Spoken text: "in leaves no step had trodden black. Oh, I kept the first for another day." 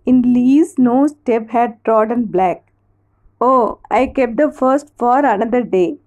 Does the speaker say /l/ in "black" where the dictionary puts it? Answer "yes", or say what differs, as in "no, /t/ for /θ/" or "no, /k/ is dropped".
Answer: yes